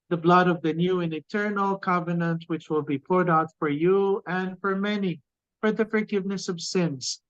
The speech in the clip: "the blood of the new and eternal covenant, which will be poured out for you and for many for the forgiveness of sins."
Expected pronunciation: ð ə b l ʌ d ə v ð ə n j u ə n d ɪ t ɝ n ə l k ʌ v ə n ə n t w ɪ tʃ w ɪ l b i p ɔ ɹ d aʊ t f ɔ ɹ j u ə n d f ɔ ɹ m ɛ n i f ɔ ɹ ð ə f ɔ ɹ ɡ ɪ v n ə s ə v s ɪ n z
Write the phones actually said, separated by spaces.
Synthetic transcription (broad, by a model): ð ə b l ʌ d ə v ð ə n j u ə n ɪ t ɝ n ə l k ʌ v ə n ə n t w ɪ tʃ w ɪ l b i p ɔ ɹ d aʊ t f ɔ ɹ j u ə n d f ɔ ɹ m ɛ n i f ɔ ɹ ð ə f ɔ ɹ ɡ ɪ v n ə s ə v s ɪ n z